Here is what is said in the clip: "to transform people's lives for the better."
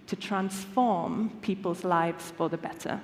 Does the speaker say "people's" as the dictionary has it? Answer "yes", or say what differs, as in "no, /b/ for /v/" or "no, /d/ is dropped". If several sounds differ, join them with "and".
yes